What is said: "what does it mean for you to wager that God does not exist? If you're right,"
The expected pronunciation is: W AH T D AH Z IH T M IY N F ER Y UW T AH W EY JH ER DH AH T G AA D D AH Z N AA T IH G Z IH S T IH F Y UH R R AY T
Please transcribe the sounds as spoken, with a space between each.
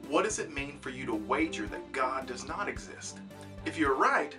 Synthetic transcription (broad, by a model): W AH T D AH Z IH T M IY N F ER Y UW T AH W EY JH ER DH AH T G AA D D AH Z N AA T IH G Z IH S T IH F Y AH R R AY T